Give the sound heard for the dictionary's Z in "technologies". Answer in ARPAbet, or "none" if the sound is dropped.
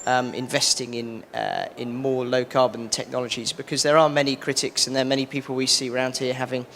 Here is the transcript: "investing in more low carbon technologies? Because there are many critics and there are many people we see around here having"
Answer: Z